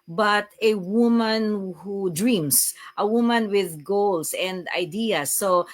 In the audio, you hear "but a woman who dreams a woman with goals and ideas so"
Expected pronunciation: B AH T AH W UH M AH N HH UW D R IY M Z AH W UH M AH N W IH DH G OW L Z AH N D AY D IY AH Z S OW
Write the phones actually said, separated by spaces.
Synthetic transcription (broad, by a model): B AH T AH W UH M AH N HH UW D R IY M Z AH W UH M AH N W IH DH G OW L S AH N D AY D IY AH S OW